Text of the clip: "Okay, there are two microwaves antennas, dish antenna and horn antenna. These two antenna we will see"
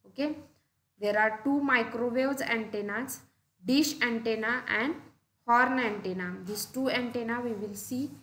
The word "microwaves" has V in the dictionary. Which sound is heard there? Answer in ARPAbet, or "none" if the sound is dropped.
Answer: none